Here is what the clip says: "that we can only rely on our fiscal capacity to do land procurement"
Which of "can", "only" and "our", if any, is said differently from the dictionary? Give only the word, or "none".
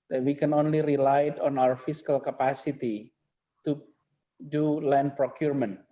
none